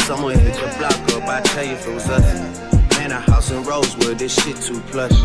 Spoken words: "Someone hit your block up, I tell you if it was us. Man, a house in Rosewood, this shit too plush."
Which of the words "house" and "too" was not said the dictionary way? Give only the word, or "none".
none